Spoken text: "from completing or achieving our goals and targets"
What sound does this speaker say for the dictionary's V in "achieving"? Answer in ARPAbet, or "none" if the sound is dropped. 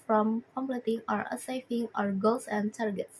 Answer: F